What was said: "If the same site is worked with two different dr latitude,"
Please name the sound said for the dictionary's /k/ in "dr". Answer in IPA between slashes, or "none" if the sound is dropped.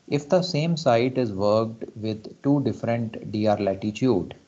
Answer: none